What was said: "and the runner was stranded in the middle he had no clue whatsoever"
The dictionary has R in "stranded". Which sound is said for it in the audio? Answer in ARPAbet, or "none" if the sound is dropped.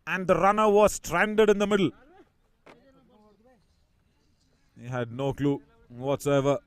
R